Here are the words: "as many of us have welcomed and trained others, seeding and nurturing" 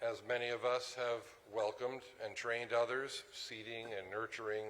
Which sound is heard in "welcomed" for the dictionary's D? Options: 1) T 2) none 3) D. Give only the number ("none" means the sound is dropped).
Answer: 3